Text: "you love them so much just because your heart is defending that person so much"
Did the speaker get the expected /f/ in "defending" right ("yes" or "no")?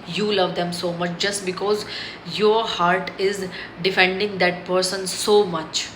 yes